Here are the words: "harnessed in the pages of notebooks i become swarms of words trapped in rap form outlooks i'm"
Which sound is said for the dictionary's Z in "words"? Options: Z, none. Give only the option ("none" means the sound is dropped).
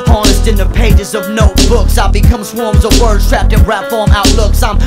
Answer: none